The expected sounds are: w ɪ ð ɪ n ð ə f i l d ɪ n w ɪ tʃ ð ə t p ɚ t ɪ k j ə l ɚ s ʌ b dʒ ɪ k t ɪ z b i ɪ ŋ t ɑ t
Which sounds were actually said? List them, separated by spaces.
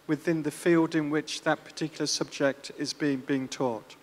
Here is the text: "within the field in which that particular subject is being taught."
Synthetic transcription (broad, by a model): w ɪ ð ɪ n ð ə f i l d ɪ n w ɪ tʃ ð ə t p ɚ t ɪ k j l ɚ s ʌ b dʒ ɪ k t ɪ z b i ɪ ŋ t ɑ t